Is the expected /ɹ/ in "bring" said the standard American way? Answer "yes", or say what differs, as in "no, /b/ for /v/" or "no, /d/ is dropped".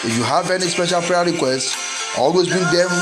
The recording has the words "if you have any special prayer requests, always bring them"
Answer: no, /ɹ/ is dropped